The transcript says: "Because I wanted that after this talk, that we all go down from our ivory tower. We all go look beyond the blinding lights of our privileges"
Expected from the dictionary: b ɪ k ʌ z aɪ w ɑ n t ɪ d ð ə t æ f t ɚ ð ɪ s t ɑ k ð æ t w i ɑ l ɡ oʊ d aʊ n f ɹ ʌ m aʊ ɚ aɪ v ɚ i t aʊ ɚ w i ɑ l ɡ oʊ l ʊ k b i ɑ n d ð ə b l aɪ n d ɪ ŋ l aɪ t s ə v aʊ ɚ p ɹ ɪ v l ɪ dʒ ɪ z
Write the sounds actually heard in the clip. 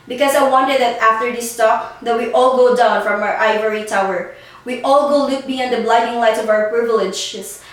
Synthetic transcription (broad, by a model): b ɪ k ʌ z aɪ w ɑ n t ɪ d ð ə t æ f t ɚ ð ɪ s t ɑ k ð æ t w i ɑ l ɡ oʊ d aʊ n f ɹ ʌ m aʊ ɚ aɪ v ɚ i t aʊ ɚ w i ɑ l ɡ oʊ l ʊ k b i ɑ n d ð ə b l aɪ d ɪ ŋ l aɪ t ə v aʊ ɚ p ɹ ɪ v l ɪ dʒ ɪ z